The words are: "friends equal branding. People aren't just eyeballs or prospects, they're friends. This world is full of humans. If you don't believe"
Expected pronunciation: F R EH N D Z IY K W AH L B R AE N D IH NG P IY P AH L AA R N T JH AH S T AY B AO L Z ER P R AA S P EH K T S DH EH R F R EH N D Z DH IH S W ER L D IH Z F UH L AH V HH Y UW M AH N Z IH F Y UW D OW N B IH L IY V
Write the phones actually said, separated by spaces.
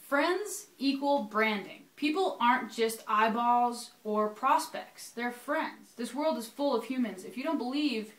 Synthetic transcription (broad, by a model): F R EH N D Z IY K W AH L B R AE N D IH NG P IY P L AA R N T JH AH S T AY B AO Z ER P R AA S P EH K T S DH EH R F R EH N D Z DH IH S W ER L D IH Z F UH L AH V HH Y UW M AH N Z IH F Y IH D OW N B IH L IY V